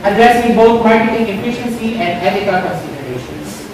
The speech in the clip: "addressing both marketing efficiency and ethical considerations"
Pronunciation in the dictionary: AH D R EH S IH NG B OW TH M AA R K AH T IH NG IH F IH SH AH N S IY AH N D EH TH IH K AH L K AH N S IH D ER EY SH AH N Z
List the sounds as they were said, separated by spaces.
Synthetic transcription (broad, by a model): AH D R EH S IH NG B OW T M AA R K AH T IH NG IH F IH SH AH N S IY AH N D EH T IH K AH K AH N S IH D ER EY SH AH N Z